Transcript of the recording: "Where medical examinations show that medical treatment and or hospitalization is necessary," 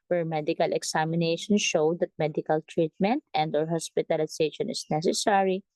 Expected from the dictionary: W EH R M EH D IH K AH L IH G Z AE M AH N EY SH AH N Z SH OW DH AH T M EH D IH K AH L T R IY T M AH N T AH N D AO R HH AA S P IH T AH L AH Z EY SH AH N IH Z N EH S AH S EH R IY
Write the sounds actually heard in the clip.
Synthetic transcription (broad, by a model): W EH R M EH D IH K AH L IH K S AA M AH N EY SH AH N SH OW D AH T M EH D IH K AH L T R IY T M AH N T AH N D AO R HH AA S P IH T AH L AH S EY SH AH N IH S N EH S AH S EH R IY